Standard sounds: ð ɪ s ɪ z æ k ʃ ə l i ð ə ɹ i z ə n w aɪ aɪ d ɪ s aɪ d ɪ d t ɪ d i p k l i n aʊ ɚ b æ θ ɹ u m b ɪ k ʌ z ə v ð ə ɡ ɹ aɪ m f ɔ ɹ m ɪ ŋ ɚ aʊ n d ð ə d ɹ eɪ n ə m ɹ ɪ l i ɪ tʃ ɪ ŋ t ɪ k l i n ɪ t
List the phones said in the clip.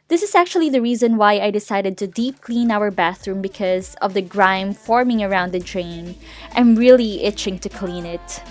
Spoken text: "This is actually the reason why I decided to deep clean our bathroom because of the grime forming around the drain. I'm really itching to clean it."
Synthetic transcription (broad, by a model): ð ɪ s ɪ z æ k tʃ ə l i ð ə ɹ i z ə n w aɪ aɪ d ɪ s aɪ d ɪ d t ɪ d i p k l i n aʊ ɚ b æ θ ɹ u m b ɪ k ʌ z ə v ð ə ɡ ɹ aɪ m f ɔ ɹ m ɪ ŋ ɚ aʊ n d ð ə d ɹ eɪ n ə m ɹ ɪ l i ɪ tʃ ɪ ŋ t ɪ k l i n ɪ t